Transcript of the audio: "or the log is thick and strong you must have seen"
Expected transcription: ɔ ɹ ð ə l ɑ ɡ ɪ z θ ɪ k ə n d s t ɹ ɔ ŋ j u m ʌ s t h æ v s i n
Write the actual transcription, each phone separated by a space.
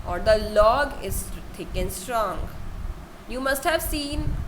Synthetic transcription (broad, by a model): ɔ ɹ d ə l ɑ ɡ ɪ z t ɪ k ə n s t ɹ ɔ ŋ j u m ʌ s t h æ v s i n